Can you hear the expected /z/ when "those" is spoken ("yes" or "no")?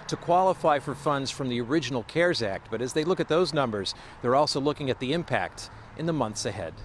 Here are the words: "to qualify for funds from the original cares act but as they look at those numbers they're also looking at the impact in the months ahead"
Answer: yes